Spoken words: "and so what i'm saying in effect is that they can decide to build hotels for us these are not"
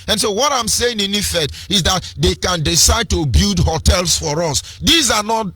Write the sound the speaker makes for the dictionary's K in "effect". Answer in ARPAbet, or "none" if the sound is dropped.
none